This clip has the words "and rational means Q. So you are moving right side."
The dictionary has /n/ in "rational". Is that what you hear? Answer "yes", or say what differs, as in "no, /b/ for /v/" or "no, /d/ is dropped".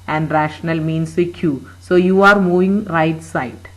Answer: yes